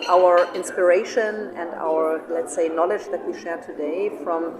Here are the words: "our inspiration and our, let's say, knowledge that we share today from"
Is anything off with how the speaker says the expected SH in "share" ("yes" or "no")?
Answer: no